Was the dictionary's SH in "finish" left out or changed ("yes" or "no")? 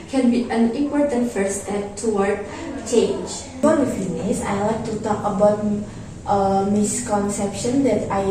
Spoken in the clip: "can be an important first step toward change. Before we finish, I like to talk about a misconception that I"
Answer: yes